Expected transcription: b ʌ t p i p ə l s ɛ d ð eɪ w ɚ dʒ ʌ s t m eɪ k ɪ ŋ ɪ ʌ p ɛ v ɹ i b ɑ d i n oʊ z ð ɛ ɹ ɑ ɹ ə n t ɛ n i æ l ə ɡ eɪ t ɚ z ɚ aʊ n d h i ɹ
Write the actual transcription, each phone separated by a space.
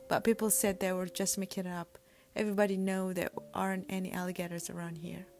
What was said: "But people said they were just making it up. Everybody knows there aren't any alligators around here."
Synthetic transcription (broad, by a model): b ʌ t p i p l s ɛ d ð eɪ w ɚ dʒ ʌ s t m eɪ k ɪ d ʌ p ɛ v ɹ i b ɑ d i n oʊ ð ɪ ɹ ɑ ɹ ə n t ɛ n i æ l ə ɡ eɪ t ɚ z ɚ aʊ n d h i ɹ